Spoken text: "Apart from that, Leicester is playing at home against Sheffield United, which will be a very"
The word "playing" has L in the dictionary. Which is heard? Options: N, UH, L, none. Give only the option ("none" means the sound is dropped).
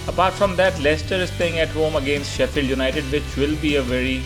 none